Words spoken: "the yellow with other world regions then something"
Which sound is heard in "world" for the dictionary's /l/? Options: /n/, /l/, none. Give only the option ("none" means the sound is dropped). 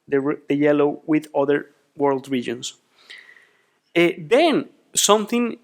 /l/